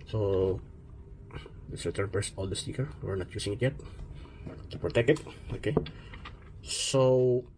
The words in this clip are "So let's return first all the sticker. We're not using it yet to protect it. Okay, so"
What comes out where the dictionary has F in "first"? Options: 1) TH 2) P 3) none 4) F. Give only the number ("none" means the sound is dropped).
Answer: 2